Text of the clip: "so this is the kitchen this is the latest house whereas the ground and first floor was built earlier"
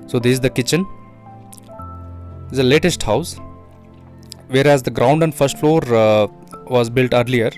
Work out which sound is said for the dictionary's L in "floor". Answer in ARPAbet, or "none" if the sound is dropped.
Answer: L